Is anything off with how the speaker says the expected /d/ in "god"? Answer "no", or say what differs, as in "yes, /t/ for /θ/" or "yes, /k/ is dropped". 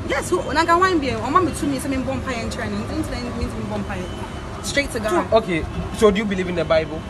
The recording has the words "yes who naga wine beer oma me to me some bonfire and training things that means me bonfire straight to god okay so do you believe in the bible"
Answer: yes, /d/ is dropped